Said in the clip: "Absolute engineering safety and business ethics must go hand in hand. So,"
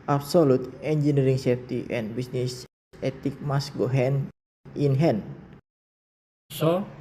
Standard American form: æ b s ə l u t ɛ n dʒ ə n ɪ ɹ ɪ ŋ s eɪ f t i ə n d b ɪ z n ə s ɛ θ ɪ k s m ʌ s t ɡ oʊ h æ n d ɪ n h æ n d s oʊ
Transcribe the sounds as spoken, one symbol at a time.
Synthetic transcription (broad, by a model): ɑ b s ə l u t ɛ n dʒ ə n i ɹ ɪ ŋ s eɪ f t i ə n b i s n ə s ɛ t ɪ k m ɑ s ɡ oʊ h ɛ n ɪ n h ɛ n s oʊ